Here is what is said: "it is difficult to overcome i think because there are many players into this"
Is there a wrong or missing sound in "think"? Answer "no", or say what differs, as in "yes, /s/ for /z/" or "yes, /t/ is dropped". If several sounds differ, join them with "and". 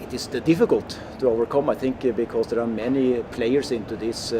no